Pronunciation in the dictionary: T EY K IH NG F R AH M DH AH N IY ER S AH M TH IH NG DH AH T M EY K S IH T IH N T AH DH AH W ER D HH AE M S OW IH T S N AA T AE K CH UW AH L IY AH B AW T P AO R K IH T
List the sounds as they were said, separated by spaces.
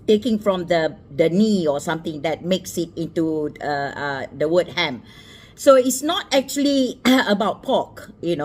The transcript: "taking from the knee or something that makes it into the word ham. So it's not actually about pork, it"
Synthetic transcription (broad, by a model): T EY K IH NG F R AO M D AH N IY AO S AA M T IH NG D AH T M EY K S IH T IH N T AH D AH W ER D HH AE M S OW IH T S N AA T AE K CH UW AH L IY AH B AW T P AO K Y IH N